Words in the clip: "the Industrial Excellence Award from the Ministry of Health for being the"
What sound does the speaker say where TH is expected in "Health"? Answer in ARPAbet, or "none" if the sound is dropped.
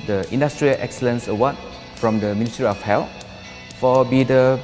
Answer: T